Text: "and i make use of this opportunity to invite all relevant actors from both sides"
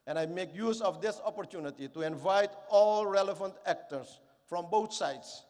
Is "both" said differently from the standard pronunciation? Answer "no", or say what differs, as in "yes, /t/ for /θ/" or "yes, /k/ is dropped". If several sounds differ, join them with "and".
yes, /t/ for /θ/